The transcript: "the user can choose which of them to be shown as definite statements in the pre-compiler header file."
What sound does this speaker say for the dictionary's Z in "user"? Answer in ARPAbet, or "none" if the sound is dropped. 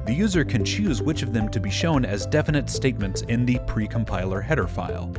Z